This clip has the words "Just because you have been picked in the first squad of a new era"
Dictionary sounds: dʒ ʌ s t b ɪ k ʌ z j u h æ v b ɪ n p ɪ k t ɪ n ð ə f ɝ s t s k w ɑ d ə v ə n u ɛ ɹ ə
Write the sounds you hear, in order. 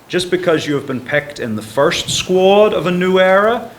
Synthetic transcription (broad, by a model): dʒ ʌ s b ɪ k ʌ z j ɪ v b ɪ n p ɪ k t ɪ n ð ə f ɝ s t s k w ɑ d ə v ə n u ɛ ɹ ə